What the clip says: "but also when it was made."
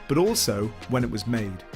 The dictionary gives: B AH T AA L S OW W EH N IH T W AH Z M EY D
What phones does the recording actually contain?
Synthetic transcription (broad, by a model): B AH T AA L S OW W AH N IH T W AH Z M EY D